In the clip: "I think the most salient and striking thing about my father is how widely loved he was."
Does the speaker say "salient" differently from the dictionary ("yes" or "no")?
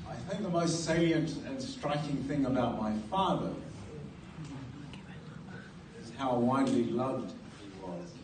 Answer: yes